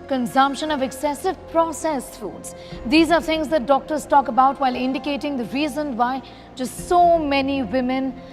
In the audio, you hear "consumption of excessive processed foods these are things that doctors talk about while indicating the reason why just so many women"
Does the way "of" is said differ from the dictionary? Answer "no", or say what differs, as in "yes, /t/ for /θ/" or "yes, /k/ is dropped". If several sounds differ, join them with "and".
no